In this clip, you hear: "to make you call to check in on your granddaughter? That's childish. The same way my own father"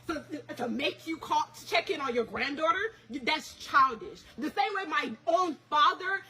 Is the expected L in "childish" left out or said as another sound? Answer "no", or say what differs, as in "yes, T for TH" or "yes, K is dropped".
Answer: no